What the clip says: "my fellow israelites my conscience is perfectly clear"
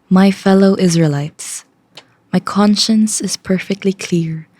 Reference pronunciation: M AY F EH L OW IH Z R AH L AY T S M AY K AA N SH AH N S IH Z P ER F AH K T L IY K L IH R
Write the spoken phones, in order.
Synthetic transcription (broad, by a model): M AY F EH L OW IH Z R AH L AY T S M AY K AA N SH AH N S IH Z P ER F AH K T L IY K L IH R